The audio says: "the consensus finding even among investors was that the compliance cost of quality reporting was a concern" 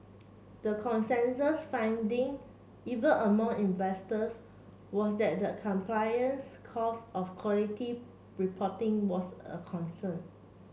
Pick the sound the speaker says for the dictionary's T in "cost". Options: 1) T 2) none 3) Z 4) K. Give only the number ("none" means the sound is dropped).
2